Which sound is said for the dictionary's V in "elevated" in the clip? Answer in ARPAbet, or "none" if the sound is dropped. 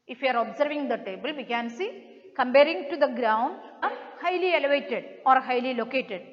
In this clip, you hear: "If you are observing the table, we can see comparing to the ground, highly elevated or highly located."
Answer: V